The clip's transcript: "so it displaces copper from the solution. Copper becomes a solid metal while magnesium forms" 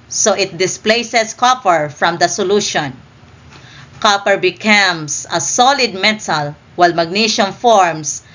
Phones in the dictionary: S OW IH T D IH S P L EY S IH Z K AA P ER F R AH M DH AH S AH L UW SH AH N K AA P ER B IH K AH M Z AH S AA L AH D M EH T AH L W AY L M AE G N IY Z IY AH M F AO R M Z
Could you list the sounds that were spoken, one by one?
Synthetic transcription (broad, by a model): S OW IH T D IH S P L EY S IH S K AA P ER F R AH M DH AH S AH L UW SH AH N K AA P ER B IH K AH M S AH S AA L AH D M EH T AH L W AY L M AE G N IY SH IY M F AO R M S